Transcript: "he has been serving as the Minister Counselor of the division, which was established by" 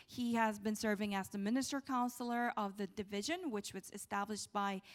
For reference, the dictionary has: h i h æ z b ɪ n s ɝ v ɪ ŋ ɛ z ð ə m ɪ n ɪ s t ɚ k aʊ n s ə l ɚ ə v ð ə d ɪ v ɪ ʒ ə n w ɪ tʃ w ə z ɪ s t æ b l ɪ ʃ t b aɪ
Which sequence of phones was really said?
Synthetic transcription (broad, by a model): h i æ z b ɪ n s ɝ v ɪ ŋ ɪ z ð ə m ɪ n ɪ s t ɚ k aʊ n s l ɚ ə v ð ə d ɪ v ɪ ʒ ə n w ɪ tʃ w ə z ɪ s t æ b l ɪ ʃ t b aɪ